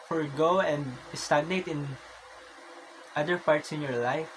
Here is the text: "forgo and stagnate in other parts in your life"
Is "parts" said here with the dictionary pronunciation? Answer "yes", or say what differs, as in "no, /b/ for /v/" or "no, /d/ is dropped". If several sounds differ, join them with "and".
yes